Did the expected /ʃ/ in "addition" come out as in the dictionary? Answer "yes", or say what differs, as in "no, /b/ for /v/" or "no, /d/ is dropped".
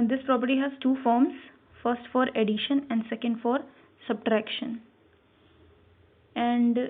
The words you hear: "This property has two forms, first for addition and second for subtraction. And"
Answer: yes